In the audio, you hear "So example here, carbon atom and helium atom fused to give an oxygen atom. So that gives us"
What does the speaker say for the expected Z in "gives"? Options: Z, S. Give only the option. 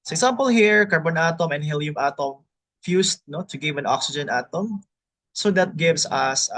S